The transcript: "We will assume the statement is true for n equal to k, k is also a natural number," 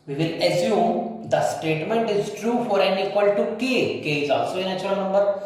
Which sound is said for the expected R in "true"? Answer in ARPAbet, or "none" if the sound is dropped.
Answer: R